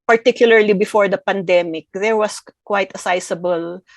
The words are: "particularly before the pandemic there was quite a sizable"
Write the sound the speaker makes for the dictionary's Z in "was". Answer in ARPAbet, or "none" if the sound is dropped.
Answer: S